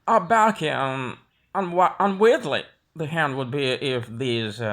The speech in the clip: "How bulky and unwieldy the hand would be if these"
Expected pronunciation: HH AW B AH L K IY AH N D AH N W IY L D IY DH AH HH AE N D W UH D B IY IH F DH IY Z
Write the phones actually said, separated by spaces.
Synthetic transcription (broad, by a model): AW B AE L K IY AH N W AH N W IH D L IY DH AH HH AE N D W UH D B IY IH F DH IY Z